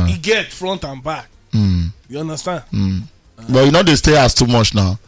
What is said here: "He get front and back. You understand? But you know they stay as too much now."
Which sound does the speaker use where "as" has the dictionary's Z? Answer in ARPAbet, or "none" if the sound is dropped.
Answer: S